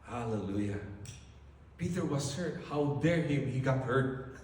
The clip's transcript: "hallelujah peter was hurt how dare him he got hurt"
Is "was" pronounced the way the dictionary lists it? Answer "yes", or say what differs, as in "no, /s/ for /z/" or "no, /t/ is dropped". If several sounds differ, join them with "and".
no, /s/ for /z/